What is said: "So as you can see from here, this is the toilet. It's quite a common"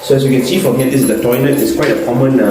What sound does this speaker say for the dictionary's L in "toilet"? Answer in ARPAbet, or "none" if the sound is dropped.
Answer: N